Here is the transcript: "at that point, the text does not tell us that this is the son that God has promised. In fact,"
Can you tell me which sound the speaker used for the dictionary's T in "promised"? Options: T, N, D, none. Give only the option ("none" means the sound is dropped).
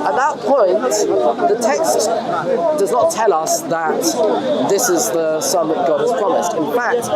T